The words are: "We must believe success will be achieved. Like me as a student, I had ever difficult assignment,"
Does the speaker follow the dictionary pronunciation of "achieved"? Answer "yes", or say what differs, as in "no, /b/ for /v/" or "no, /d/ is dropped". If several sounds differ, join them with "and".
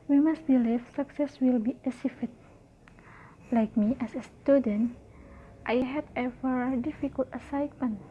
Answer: no, /s/ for /tʃ/